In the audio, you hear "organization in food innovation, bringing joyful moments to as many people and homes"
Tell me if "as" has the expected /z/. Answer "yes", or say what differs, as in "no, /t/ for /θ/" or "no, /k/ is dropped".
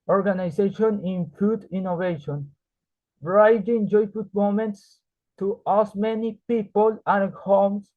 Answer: no, /s/ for /z/